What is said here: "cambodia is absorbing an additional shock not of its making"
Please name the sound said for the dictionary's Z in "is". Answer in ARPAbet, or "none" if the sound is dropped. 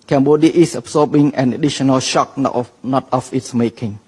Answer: S